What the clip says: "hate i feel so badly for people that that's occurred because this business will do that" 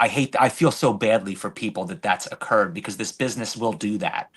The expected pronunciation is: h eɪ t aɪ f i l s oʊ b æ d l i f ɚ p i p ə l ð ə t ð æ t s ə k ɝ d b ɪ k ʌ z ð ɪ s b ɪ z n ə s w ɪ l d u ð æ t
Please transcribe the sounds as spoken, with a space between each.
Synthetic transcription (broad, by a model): h eɪ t aɪ f i l s oʊ b æ d l i f ɚ p i p l ð ə t ð æ t s ə k ɝ d b ɪ k ʌ z ð ɪ s b ɪ z n ə s w ɪ l d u ð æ t